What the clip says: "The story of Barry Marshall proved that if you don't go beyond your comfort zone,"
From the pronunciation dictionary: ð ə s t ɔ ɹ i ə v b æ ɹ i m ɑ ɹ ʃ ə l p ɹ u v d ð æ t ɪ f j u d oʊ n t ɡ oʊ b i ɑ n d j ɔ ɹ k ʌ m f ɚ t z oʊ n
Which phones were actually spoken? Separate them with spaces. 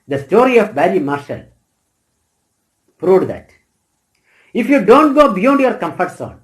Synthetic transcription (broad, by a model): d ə s t ɔ ɹ i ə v b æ l i m ɑ ɹ ʃ ə l p ɹ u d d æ t ɪ f j u d oʊ n t ɡ oʊ b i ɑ n d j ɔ ɹ k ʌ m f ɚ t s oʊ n